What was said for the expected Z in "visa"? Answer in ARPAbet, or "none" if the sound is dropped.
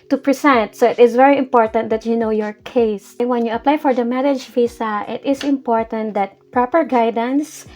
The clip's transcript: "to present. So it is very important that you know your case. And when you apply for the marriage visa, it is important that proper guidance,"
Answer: S